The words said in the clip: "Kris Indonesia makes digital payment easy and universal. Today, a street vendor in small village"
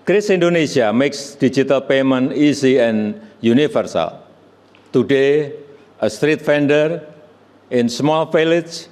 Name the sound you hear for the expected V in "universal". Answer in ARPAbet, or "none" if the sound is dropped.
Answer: F